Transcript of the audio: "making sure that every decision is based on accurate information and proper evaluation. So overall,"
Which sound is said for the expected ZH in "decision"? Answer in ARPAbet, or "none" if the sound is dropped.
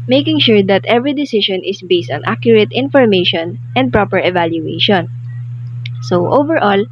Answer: SH